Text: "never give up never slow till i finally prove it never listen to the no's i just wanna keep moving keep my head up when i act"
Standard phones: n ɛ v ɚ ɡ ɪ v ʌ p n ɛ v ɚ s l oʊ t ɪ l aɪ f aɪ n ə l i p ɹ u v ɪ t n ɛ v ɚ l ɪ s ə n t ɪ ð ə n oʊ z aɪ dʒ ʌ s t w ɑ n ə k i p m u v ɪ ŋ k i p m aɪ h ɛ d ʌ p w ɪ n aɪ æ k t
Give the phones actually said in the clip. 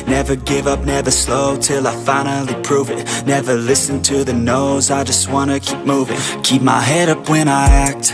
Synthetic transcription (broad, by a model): n ɛ v ɚ ɡ ɪ v ʌ p n ɛ v ɚ s l oʊ t ɪ l aɪ f aɪ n l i p ɹ u v ɪ t n ɛ v ɚ l ɪ s ə n t ɪ ð ə n oʊ z aɪ dʒ ʌ s t w ɑ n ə k i p m u v ɪ ŋ k i p m aɪ h ɛ d ʌ p w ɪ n aɪ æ k t